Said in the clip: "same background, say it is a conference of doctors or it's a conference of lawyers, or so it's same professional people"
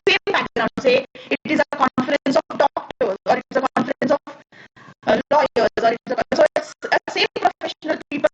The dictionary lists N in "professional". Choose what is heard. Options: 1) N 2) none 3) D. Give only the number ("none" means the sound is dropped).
1